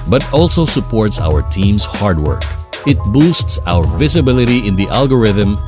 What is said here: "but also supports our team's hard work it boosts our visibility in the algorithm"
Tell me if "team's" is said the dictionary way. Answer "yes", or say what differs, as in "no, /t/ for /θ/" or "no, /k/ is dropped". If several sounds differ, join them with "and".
no, /s/ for /z/